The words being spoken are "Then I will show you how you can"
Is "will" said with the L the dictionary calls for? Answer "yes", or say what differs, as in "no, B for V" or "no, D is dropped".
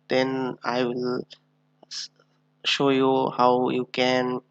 yes